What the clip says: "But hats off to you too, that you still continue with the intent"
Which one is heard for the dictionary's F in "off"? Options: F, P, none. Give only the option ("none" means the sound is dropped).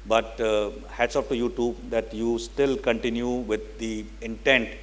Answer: P